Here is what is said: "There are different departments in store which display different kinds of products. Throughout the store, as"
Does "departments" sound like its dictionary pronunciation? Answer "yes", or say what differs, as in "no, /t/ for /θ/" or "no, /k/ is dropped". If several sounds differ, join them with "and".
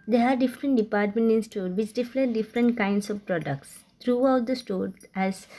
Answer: no, /s/ is dropped